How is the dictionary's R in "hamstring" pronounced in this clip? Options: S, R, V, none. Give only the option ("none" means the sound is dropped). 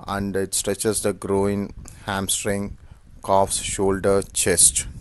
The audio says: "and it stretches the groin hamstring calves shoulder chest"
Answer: R